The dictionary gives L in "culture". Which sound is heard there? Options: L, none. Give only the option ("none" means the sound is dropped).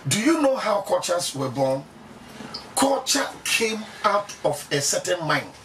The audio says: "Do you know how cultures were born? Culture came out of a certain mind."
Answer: none